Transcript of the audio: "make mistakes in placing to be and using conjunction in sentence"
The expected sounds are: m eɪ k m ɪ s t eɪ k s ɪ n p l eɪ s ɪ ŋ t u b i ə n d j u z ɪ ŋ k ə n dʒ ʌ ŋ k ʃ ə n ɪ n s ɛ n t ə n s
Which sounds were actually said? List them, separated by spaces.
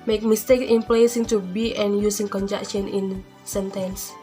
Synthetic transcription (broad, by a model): m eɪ k m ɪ s t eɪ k ɪ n p l eɪ s ɪ ŋ t u b i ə n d j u s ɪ ŋ k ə n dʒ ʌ k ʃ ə n ɪ n s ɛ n t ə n s